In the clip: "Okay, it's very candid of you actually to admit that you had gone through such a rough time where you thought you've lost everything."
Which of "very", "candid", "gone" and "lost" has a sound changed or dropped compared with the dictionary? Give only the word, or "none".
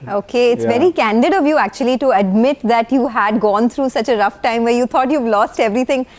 none